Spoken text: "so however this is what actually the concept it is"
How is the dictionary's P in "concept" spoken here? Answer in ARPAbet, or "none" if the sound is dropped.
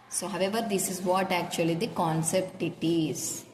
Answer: P